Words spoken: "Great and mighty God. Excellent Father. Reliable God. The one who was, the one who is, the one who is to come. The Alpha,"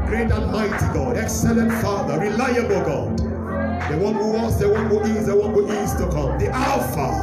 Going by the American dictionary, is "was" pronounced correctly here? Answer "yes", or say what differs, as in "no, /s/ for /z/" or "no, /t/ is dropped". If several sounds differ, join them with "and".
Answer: no, /s/ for /z/